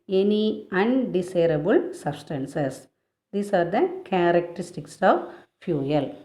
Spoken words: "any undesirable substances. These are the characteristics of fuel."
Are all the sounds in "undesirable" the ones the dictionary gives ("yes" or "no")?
no